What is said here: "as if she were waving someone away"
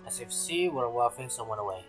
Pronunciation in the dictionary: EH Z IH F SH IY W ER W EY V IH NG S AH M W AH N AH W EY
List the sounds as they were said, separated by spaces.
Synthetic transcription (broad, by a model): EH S IH F S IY W ER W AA F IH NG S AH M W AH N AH W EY